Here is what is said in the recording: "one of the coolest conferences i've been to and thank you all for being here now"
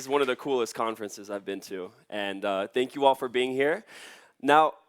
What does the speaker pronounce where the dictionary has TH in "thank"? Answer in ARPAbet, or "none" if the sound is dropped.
TH